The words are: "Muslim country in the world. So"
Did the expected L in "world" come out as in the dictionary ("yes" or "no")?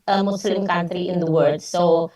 no